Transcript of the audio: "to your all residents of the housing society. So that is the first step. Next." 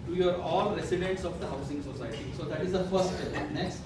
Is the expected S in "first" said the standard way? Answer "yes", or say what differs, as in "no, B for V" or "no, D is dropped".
no, S is dropped